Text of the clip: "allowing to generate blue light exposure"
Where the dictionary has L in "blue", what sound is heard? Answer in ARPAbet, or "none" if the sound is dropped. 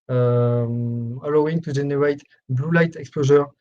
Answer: L